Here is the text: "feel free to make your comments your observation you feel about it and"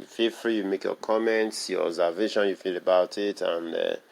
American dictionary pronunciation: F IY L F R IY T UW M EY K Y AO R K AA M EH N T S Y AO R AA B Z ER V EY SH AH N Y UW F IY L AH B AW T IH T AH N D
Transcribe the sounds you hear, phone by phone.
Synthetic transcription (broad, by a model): F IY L F R IY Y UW M EY K Y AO K AA M EH N T S Y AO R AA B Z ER V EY SH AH N Y UW F IY L AH B AW T IH T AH N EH